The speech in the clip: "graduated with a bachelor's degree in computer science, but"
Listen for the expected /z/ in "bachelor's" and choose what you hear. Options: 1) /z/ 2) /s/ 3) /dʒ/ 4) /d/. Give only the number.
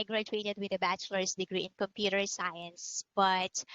2